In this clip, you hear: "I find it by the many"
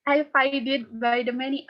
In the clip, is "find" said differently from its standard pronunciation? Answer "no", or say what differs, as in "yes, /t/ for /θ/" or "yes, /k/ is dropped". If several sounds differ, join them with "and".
yes, /n/ is dropped